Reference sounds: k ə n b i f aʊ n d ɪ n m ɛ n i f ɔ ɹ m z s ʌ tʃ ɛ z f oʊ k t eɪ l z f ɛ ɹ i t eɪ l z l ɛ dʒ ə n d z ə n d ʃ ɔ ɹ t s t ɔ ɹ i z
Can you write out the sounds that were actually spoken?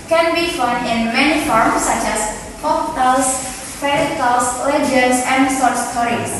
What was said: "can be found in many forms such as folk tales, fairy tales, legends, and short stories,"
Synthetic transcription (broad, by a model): k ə n b i f aʊ n d ɪ n m ɛ n i f ɔ ɹ m s ʌ tʃ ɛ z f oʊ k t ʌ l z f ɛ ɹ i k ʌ l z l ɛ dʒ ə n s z ə n d s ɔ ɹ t s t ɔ ɹ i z